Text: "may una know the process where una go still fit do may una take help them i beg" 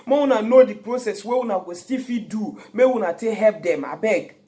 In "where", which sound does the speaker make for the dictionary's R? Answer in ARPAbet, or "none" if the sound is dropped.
W